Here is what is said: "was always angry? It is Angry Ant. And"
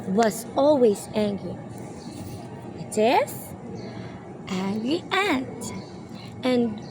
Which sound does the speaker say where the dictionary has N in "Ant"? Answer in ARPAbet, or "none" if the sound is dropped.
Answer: none